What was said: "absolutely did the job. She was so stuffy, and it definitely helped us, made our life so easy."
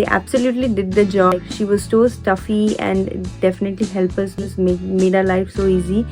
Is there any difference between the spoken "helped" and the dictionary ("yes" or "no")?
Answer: yes